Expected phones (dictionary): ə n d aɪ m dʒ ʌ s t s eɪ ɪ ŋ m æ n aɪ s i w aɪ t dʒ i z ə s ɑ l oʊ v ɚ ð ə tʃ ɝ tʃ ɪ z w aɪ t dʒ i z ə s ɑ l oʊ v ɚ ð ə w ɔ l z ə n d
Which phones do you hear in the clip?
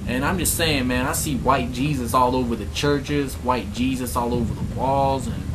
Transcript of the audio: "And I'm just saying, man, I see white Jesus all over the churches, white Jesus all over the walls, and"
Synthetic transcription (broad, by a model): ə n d aɪ m dʒ ʌ s t s eɪ ɪ ŋ m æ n aɪ s i w aɪ t dʒ i z ə s ɑ l oʊ v ɚ ð ə tʃ ɝ tʃ ɪ z w aɪ t dʒ i z ə s ɑ l oʊ v ɚ ð ə w ɔ l z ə n